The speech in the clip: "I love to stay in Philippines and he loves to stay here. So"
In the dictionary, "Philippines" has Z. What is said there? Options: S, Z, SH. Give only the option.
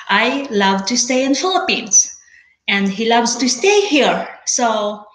S